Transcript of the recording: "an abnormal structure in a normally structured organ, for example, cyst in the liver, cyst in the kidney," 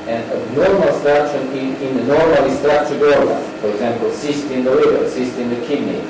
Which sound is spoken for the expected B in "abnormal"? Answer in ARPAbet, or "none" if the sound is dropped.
none